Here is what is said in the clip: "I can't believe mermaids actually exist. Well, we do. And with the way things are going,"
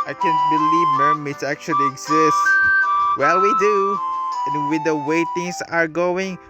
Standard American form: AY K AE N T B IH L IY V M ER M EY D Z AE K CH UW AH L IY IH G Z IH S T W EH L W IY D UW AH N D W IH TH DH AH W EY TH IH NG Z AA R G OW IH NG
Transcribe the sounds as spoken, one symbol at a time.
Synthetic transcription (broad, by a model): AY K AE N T B IH L IY V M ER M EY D AE K CH UW AH L IY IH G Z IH S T W EH L W IY D UW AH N W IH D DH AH W EY T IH NG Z AA R G OW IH NG